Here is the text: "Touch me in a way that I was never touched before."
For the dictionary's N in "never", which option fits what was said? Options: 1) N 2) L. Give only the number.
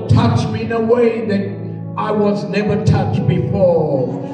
1